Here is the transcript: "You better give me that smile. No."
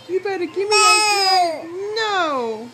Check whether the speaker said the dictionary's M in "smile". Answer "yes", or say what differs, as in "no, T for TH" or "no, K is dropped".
no, M is dropped